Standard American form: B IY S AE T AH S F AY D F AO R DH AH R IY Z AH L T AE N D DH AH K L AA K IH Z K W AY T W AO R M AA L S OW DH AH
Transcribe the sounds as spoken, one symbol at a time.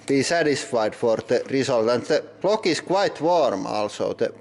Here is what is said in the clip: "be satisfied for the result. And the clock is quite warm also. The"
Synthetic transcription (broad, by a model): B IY S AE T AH S F AY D F AO R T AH R IY S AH L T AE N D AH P L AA K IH S K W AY T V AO R M AA L S OW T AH